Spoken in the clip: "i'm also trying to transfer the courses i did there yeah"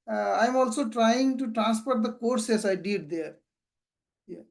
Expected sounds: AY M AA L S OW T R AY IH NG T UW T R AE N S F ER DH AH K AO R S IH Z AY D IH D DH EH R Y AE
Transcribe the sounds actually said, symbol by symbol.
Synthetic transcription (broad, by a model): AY M AA L S OW T R AY IH NG T UW T R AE N S P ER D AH K AO R S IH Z AY D IH D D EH R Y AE